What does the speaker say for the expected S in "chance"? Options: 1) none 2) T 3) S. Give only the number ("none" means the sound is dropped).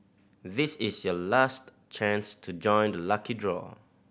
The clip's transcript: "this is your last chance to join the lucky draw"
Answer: 3